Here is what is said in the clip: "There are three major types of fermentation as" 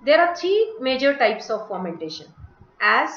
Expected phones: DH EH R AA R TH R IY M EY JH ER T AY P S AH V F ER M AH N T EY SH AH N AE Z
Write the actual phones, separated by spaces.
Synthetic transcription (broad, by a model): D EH R AA R T R IY M EY JH ER T AY P S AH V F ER M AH N T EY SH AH N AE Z